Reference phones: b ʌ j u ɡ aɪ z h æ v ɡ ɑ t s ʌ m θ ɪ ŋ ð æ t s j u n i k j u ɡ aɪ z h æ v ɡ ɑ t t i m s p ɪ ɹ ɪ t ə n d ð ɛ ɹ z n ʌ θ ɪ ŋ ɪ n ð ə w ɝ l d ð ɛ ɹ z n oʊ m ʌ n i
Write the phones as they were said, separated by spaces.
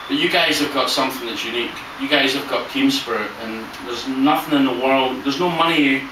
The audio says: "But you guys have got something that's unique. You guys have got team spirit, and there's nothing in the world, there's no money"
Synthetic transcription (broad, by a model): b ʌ j u ɡ aɪ z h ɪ v ɡ ɑ t s ʌ m θ ɪ ŋ ð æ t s j u n i k j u ɡ aɪ z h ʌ v ɡ ɑ t t i m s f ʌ ɹ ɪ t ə n ð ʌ ɹ z n ʌ θ ɪ ŋ ɪ n ð ə w ɝ l d ð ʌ ɹ z n oʊ m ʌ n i